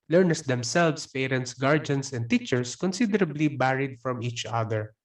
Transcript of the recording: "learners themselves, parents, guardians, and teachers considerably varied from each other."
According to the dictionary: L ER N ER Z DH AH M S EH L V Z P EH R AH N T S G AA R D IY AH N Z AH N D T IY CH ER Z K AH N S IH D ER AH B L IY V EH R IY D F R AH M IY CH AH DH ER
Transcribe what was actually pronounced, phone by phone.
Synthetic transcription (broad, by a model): L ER N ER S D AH M S EH L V S P EH R AH N T S G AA R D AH N S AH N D T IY CH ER S K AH N S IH D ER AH B L IY B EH R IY D F R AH M IY CH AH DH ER